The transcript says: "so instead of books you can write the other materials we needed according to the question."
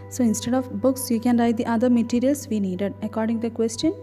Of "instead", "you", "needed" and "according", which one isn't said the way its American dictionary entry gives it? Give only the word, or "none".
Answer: none